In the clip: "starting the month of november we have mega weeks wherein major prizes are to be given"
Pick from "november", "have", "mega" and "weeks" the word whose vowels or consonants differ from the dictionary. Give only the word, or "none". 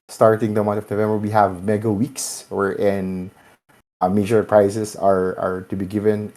none